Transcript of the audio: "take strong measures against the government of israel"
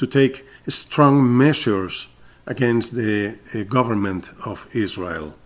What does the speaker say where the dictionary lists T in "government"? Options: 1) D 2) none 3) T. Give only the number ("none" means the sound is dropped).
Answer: 3